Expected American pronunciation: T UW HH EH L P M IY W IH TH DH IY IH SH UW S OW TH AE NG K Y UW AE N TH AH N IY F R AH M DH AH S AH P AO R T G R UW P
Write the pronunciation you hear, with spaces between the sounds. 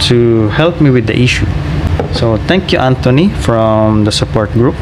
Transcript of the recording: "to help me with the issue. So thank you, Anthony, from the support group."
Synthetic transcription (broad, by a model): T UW HH EH L P M IY W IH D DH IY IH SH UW S OW T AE NG K Y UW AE N T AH N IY F R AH M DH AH S AH P AO R T G R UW P